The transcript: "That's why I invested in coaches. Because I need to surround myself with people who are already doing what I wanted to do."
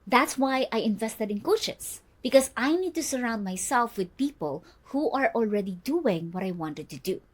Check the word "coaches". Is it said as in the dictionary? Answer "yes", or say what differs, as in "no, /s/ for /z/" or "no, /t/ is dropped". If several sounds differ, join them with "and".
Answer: no, /s/ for /z/